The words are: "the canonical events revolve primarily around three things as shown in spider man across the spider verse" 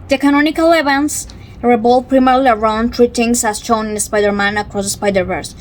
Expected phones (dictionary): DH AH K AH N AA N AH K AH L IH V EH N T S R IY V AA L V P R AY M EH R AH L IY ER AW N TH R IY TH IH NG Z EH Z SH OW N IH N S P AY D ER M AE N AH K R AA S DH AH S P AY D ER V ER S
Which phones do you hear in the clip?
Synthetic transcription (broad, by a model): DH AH K AH N AA N AH K AH L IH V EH N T S R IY B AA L P R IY M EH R L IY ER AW N T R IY T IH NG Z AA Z SH OW N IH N S P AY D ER M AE N AH K R AA S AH S P AY D ER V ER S